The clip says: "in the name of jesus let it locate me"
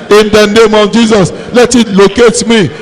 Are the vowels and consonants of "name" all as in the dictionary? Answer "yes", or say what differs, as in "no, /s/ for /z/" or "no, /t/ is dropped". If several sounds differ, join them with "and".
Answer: yes